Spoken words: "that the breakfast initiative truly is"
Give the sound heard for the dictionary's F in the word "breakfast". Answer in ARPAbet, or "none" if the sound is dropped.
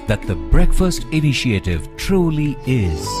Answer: F